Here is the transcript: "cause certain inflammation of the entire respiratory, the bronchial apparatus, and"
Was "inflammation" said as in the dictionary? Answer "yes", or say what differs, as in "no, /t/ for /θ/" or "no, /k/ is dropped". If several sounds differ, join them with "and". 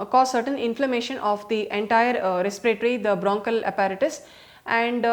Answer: yes